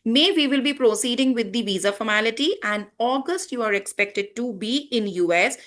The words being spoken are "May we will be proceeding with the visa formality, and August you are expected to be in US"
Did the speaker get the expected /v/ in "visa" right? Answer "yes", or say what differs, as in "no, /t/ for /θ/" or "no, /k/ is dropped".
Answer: yes